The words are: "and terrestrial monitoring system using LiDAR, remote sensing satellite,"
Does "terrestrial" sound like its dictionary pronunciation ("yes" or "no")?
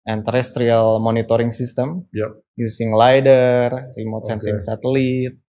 yes